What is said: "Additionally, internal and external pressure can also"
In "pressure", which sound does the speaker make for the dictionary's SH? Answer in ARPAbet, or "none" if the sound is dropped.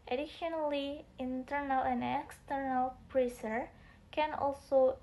S